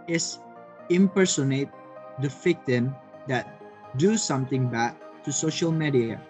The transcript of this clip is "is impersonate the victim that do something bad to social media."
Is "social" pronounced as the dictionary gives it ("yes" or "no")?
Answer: yes